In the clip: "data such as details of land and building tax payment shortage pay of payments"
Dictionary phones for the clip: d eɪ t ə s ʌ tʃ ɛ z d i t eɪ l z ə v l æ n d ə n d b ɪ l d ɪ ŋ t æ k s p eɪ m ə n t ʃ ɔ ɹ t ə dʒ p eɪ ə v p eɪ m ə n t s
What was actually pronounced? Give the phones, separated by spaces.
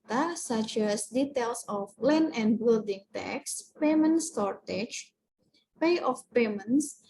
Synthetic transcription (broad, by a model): t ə s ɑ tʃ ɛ s d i t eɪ l s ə p l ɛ n ə n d b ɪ l d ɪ ŋ t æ k s p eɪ m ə n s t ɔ ɹ t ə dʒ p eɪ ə f p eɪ m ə n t s